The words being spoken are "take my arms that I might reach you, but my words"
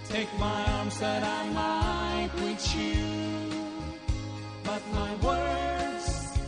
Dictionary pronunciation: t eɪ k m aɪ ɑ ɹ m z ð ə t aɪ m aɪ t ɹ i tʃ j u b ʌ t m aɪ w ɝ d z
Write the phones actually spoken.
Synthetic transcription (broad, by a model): t eɪ k m aɪ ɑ ɹ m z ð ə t aɪ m aɪ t w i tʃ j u b ʌ t m aɪ w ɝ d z